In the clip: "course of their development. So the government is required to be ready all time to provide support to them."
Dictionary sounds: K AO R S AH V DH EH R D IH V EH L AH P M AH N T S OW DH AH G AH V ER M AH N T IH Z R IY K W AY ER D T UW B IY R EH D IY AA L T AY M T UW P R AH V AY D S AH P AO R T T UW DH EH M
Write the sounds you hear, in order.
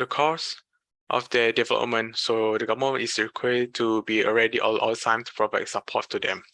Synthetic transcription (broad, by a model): K AO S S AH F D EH D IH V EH L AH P M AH N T S OW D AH G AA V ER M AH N IH S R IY K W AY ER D T UW B IY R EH D IY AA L T AY M T UW P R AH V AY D S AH P AO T T UW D EH M